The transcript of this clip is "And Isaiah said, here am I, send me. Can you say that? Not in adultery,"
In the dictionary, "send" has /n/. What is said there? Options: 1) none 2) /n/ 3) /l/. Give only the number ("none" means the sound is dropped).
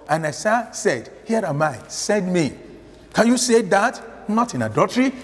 1